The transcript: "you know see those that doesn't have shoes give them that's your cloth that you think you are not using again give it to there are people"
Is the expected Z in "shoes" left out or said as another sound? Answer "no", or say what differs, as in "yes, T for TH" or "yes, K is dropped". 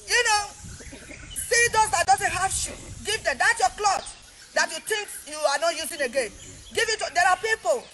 yes, Z is dropped